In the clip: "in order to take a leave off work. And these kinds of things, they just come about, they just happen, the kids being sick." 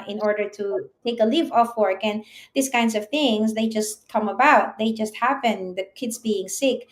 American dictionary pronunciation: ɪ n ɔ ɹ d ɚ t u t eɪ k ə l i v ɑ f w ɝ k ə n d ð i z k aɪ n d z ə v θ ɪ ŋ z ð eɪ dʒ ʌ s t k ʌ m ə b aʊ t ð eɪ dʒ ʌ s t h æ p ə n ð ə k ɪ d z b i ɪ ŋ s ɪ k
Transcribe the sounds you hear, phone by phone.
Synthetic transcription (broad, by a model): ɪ n ɔ ɹ d ɚ t u t eɪ k ə l i v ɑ f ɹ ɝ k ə n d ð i s k aɪ n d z ə v θ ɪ ŋ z ð eɪ dʒ ʌ s t k ʌ m ə b aʊ t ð eɪ dʒ ʌ s t h æ p ə n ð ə k ɪ d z b i ɪ ŋ s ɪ k